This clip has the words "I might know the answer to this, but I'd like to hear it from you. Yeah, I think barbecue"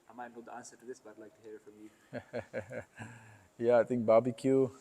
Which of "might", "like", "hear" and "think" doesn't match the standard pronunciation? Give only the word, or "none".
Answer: think